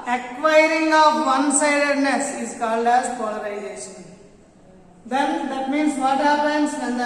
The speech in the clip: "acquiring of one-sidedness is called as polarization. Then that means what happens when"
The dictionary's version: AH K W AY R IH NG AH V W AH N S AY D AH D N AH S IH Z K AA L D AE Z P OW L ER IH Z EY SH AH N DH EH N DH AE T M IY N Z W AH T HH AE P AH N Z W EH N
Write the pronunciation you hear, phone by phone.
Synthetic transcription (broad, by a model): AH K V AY R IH NG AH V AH N S AY D AH D N AH S IH Z K AA L D AE Z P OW L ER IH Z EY SH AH N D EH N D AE T M IY N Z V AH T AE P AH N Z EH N